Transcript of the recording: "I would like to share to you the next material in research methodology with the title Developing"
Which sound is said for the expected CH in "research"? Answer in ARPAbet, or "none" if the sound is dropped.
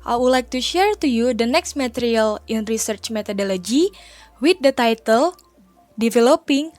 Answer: CH